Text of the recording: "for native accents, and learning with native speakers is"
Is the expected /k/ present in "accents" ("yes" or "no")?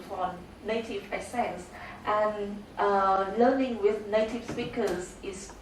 no